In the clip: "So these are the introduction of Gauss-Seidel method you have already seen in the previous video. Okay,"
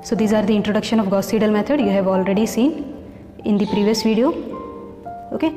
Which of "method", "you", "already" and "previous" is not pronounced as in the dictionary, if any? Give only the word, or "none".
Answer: method